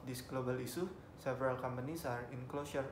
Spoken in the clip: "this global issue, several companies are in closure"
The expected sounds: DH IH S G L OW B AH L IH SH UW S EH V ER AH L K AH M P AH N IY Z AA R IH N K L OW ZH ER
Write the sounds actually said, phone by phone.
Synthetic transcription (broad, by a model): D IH S G L OW B AH L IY S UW S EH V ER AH L K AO M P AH N IY S AA R IH N K L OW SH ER